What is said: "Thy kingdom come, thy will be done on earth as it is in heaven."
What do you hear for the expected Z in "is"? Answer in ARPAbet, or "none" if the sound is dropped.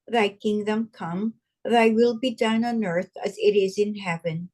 Z